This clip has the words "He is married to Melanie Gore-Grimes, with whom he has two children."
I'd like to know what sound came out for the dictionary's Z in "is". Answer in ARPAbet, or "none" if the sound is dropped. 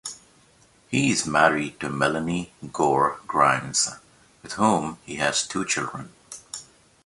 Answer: Z